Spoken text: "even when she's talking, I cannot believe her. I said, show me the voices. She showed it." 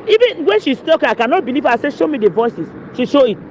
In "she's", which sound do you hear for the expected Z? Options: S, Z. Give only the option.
S